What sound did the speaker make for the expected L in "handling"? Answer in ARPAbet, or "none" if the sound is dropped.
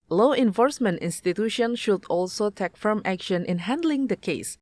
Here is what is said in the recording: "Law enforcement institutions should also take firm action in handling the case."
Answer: L